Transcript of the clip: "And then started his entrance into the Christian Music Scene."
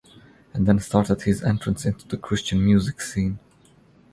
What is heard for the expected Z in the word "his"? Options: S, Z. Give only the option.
Z